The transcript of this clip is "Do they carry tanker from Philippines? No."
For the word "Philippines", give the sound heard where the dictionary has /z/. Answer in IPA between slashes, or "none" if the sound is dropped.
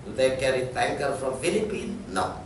none